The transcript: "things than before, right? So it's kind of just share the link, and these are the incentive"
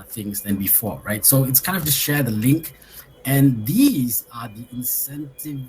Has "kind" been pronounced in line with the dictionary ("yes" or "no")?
yes